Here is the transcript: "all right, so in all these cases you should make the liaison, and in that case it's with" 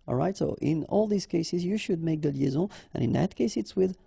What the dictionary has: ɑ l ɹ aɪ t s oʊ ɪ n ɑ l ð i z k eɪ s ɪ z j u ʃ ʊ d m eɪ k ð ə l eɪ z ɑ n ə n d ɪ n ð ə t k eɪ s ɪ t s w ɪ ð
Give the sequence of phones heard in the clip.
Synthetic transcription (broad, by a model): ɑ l ɹ aɪ t s oʊ ɪ n ɑ l ð i z k eɪ s ɪ z j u ʃ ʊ d m eɪ k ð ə l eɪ z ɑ ə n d ɪ n ð ə t k eɪ s ɪ t s w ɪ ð